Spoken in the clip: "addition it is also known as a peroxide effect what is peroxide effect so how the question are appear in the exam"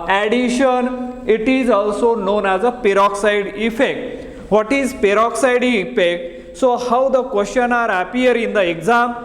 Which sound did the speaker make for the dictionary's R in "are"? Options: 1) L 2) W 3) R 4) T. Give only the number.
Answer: 3